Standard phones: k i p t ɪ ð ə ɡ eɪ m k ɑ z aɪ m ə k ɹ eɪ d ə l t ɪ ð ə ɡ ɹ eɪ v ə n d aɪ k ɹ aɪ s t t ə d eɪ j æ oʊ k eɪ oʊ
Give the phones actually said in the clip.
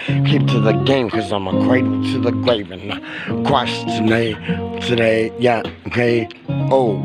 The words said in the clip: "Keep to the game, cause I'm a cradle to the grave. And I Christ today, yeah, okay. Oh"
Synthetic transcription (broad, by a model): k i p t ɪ ð ə ɡ eɪ m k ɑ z aɪ m ə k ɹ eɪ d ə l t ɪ ð ə ɡ ɹ eɪ v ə n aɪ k w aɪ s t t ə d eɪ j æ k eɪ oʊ